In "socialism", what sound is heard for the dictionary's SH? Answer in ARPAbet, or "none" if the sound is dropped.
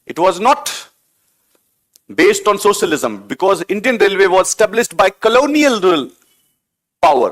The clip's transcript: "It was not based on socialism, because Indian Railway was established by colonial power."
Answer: SH